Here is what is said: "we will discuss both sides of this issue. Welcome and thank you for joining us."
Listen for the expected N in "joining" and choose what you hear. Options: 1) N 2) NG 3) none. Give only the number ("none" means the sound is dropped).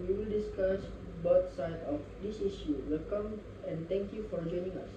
1